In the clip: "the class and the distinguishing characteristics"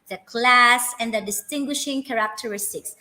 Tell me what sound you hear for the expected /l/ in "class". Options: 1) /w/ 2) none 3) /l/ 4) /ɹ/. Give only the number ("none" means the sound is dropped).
3